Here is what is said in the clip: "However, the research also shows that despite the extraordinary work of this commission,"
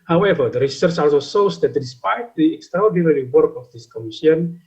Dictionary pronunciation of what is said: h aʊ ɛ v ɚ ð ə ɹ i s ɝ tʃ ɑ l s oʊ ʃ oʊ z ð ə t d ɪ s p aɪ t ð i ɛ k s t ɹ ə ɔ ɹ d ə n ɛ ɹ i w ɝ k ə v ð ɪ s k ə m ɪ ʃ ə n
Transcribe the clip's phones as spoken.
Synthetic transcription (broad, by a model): h aʊ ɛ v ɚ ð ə ɹ i s ɝ tʃ ɑ l s oʊ s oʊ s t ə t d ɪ s p aɪ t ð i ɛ k s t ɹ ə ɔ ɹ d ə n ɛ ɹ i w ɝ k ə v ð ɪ s k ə m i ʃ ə n